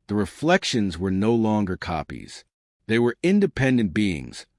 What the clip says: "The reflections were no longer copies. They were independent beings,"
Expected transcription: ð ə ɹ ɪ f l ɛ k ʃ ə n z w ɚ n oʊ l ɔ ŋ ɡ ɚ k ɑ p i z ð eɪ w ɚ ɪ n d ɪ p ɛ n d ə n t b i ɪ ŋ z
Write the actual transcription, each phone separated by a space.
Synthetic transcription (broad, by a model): ð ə ɹ ɪ f l ɛ k ʃ ə n z w ɚ n oʊ l ɔ ŋ ɡ ɚ k ɑ p i z ð eɪ w ɚ ɪ n d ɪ p ɛ n d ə n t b i ɪ ŋ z